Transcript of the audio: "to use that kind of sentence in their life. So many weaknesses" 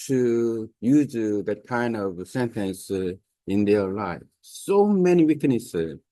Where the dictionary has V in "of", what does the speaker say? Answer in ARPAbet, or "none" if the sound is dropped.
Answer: V